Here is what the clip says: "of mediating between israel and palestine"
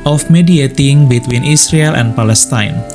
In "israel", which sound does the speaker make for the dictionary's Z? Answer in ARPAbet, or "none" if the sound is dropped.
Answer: S